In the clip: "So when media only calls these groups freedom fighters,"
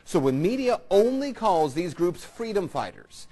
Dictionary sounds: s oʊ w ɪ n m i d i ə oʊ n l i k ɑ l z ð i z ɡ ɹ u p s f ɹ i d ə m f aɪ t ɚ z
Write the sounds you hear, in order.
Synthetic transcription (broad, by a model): s oʊ w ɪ n m i d i ə oʊ n l i k ɑ l z ð i z ɡ ɹ u p s f ɹ i d ə m f aɪ t ɚ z